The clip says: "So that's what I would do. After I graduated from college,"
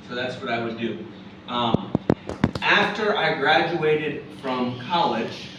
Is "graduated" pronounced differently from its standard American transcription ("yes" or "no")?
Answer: no